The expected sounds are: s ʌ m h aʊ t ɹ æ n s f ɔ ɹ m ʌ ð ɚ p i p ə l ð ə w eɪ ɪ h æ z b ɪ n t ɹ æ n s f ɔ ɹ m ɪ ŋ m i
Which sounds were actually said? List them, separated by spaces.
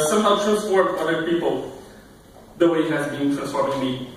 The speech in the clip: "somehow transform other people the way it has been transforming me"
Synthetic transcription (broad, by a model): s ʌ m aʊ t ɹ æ s p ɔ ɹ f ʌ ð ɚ p i p ə l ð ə w eɪ ɪ h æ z b ɪ n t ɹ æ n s ɔ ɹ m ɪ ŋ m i